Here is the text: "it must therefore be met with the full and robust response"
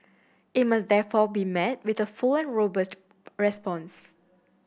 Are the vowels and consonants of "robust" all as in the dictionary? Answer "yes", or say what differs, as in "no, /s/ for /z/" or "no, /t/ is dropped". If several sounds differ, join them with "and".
yes